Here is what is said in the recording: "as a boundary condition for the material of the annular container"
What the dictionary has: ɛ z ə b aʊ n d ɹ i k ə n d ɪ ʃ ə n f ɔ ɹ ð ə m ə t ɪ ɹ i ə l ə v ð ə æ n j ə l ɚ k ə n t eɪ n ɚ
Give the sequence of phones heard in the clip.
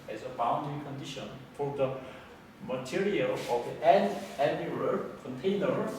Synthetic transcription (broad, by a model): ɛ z ə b aʊ n d i k ə n d ɪ ʃ ə n f ɔ ɹ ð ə m ə t ɪ ɹ i ə l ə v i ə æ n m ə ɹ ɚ k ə n t eɪ n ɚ